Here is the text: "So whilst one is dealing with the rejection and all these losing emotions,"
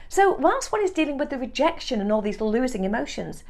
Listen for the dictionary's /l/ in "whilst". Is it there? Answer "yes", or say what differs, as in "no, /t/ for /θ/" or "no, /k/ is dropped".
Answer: no, /l/ is dropped